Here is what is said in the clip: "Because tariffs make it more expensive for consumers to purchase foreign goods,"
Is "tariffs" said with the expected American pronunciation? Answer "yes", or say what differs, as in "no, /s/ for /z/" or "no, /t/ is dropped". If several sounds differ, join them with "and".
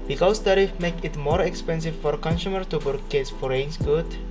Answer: no, /s/ is dropped